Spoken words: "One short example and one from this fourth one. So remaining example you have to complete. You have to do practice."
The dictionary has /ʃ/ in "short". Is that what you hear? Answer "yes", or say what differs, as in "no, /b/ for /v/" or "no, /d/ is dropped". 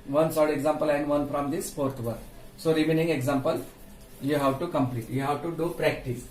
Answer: no, /s/ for /ʃ/